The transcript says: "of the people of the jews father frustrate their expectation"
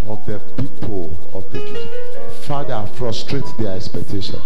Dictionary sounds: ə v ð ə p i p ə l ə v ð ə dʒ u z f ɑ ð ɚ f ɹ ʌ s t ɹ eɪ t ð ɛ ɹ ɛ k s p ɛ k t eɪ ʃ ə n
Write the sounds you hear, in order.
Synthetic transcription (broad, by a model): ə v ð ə p i p ə l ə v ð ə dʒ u f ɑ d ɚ f ɹ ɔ s t ɹ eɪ t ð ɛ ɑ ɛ k s p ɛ k t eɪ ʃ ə n